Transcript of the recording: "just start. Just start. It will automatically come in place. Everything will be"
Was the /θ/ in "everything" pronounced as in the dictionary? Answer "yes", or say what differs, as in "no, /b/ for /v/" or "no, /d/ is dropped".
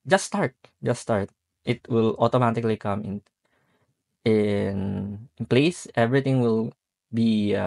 no, /t/ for /θ/